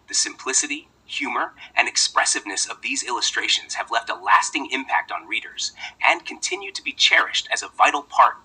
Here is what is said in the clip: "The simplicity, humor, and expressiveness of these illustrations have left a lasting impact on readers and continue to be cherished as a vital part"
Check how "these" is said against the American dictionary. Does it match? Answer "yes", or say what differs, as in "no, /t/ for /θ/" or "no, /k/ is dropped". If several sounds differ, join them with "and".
yes